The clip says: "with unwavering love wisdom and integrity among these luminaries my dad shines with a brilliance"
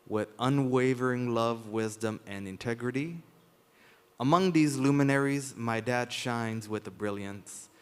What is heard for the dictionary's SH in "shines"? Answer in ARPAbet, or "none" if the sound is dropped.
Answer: SH